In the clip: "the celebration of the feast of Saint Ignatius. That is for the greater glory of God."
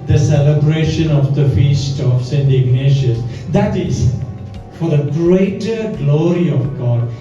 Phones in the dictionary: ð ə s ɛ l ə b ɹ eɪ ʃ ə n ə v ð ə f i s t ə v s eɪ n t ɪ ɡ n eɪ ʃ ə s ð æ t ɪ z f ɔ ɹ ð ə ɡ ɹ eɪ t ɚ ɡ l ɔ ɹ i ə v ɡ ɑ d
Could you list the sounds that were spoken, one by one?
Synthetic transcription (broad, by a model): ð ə s ɛ l ə b ɹ eɪ ʃ ə n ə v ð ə f i s t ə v s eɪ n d ɪ ɡ n eɪ ʃ ə s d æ t ɪ z f ɔ ɹ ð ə ɡ ɹ eɪ t ɚ ɡ l ɔ ɹ i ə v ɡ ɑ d